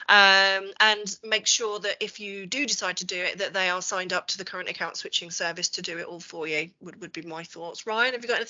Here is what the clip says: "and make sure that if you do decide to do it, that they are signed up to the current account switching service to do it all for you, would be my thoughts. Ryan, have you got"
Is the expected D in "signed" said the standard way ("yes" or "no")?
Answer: yes